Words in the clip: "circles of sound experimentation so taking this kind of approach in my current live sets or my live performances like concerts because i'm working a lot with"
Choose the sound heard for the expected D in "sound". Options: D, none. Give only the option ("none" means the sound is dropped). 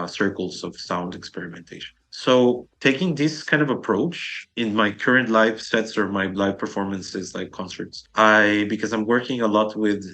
D